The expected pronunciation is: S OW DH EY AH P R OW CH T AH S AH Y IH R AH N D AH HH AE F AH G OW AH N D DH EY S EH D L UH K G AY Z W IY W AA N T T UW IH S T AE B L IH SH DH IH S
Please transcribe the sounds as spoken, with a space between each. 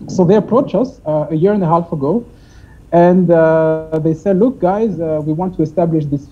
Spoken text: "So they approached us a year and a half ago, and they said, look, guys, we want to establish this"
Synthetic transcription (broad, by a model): S OW DH EY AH P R OW CH AH S AH Y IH R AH N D AH HH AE F AH G OW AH N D DH EY S EH D L UH K G AY Z W IY W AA N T T UW IH S T AE B L IH SH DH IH S